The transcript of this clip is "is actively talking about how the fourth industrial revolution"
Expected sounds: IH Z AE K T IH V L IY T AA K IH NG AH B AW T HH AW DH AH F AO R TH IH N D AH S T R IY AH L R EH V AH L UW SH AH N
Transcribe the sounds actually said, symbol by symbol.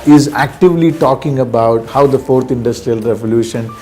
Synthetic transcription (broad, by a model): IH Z AE K T IH V L IY T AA K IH NG AH B AW T HH AW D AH F AO R T IH N D AH S T R IY AH L R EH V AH L UW SH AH N